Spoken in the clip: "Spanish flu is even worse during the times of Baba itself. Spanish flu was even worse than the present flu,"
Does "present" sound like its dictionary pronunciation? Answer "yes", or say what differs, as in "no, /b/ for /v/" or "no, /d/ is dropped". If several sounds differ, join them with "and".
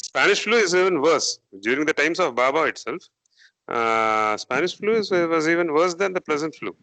no, /l/ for /ɹ/